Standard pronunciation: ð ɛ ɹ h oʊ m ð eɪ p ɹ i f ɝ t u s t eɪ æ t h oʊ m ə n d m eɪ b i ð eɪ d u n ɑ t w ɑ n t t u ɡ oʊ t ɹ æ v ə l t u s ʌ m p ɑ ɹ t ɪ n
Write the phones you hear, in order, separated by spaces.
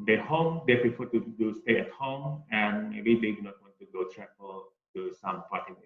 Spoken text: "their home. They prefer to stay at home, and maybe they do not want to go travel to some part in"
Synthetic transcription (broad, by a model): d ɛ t h oʊ m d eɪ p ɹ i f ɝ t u s t eɪ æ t h oʊ m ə n m eɪ b i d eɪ d u n ɑ t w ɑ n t t u ɡ oʊ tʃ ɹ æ p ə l t u s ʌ m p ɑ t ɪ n